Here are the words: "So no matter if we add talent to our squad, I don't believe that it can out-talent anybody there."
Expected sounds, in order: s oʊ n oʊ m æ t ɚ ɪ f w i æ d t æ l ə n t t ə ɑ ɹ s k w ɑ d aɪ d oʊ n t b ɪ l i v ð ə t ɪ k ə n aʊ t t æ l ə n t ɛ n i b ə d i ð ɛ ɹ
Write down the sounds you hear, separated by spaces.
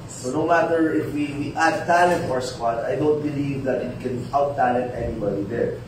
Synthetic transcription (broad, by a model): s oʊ n oʊ m æ t ɚ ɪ f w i æ d t æ l ə n t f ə ɑ ɹ s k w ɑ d aɪ d oʊ n t b ɪ l i v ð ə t ɪ k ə n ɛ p t æ l ə n t ɛ n i b ə d i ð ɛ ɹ